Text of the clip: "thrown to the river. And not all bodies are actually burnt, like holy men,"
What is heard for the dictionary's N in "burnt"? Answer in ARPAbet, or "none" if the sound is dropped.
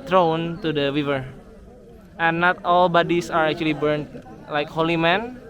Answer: N